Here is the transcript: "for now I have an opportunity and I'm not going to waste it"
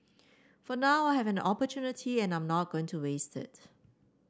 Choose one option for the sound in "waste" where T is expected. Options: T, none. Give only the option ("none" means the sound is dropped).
T